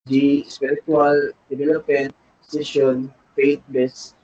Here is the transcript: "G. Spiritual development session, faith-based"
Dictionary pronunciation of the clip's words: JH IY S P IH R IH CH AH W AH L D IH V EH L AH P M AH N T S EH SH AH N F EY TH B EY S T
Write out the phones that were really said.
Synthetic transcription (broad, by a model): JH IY S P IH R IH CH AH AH L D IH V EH L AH P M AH N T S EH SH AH N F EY T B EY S